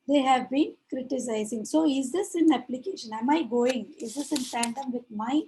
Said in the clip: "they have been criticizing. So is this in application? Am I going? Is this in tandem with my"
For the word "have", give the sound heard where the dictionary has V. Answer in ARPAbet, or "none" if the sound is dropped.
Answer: V